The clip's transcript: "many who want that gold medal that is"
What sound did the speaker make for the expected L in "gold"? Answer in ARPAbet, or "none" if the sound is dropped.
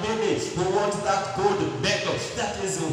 none